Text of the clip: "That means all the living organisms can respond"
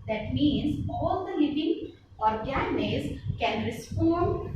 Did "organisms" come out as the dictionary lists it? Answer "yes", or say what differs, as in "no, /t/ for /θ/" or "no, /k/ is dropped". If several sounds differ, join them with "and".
no, /m/ is dropped